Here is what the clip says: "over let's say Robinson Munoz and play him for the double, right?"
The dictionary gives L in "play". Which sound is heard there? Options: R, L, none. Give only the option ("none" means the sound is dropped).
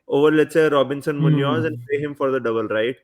none